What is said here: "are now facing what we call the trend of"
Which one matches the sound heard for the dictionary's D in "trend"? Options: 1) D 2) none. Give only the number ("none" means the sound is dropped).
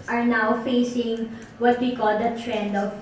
1